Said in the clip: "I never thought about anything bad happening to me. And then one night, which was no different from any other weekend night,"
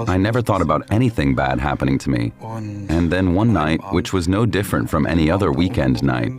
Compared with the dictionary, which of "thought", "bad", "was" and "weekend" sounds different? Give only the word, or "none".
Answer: none